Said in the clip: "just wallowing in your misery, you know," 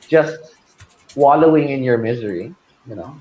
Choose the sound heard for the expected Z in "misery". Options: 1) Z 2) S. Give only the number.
1